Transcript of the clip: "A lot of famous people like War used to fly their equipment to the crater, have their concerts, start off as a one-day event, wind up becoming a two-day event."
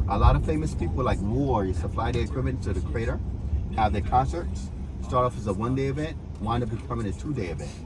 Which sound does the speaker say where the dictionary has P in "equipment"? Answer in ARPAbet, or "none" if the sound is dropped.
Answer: none